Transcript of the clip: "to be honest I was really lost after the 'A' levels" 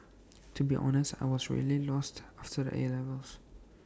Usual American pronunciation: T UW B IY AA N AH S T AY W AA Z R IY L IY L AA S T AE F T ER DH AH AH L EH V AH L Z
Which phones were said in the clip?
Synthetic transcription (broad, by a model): T UW B IY AA N AH S T AY W AA Z R IY L IY L AA S T AE F T ER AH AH L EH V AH L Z